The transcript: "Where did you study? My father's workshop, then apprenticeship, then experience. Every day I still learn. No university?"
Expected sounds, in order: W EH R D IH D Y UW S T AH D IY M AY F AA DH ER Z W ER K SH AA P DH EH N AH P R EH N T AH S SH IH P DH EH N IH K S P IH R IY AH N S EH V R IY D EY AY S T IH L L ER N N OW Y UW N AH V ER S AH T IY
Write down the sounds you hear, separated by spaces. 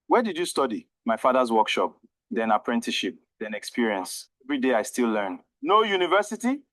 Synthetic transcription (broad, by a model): W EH D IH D Y UW S T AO D IY M AY F AA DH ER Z W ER K SH AA P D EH N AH P R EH N T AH SH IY P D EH N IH K S P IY R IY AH N S EH V R IY D EY AY S T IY L L ER N N OW Y UW N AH V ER S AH T IY